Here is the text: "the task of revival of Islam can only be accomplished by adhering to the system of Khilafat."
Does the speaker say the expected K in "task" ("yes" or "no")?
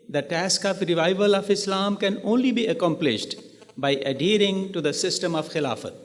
yes